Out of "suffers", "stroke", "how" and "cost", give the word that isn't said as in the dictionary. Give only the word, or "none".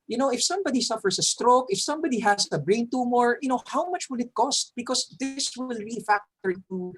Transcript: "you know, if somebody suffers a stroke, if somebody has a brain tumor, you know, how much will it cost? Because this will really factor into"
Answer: suffers